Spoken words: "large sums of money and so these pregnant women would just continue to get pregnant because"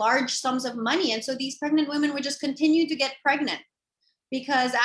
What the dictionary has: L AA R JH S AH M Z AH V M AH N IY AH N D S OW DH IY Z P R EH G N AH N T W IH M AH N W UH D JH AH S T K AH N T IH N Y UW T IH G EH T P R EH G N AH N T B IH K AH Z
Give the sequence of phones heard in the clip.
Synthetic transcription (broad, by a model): AA R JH S AH M Z AH V M AH N IY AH N S OW DH IY Z P R EH G N AH N T W IH M AH N W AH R JH AH S K AH N T IH N Y UW T IH G EH T P R EH G N AH N T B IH K AH Z